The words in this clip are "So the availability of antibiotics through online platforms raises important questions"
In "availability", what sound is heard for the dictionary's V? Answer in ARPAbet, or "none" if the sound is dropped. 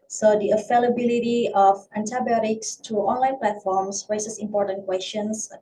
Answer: F